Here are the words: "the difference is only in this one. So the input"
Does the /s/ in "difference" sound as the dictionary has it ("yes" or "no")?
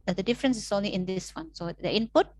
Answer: yes